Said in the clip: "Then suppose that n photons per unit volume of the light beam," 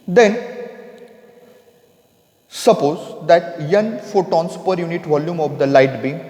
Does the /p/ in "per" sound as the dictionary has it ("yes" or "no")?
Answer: yes